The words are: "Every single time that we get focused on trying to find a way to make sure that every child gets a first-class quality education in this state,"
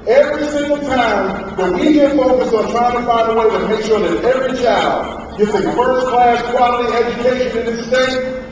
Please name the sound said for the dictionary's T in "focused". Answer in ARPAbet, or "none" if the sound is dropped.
none